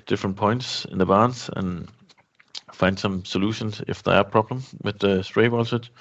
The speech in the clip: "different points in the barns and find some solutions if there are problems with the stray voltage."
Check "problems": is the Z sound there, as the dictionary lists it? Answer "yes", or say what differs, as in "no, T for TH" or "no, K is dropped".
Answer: no, Z is dropped